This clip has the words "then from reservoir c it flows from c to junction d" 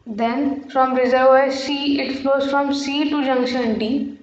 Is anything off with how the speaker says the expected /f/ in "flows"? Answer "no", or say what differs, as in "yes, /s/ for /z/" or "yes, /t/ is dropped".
yes, /p/ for /f/